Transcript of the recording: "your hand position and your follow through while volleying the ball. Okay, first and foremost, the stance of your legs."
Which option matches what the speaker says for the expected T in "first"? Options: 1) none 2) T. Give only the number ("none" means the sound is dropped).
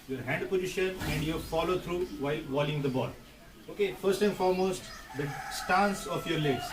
2